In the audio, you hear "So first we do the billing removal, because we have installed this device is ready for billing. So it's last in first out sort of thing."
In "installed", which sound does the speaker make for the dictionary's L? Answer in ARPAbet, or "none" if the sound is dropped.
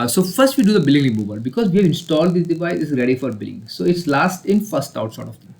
L